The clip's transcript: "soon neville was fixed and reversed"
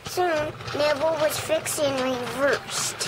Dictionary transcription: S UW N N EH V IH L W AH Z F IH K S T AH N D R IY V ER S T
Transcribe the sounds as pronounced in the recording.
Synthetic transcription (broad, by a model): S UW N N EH B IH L W AH Z F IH K S AH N R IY V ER S T